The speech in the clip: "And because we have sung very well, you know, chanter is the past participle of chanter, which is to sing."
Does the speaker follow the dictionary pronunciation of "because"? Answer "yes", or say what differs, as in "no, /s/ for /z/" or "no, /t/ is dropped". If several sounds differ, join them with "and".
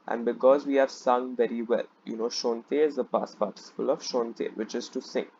yes